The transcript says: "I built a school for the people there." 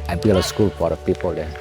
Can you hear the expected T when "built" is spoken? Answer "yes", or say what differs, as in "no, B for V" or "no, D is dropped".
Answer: no, T is dropped